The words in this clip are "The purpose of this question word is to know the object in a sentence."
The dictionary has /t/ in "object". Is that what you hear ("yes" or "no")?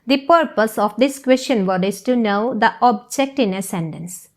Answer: yes